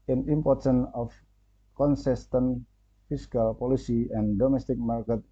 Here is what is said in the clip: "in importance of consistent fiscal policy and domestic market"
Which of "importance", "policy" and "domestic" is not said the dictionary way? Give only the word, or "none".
importance